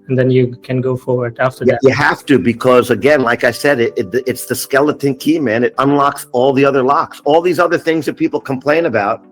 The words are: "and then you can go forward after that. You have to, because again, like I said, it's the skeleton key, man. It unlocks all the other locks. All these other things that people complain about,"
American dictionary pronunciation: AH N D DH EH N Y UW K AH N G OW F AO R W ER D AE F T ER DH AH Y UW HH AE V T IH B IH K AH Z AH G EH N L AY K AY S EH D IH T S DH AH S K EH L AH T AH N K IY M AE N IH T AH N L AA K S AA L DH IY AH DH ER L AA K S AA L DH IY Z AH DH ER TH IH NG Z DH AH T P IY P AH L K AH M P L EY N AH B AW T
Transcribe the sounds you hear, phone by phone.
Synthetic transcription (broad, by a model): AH N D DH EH N Y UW K AH N G OW F AO R W ER D AE F T ER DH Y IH HH AE F T IH B IH K AH Z AH G EH N L AY K AY S EH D IH T S DH AH S K EH L AH T AH N K IY M AE N IH T AH N L AA K S AA L DH IY AH DH ER L AA K S AA L DH IY Z AH DH ER TH IH NG Z DH AH T P IY P L K AH M P L EY N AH B AW T